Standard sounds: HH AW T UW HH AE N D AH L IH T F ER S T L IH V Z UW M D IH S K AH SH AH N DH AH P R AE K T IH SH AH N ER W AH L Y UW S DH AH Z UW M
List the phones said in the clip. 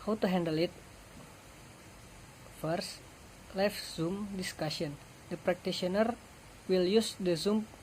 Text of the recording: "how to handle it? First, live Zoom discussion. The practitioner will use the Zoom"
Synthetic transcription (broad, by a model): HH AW T UW HH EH N D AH L IH T F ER S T L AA F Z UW M D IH S K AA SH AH N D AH P R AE K T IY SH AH N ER W AH L Y UW S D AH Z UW M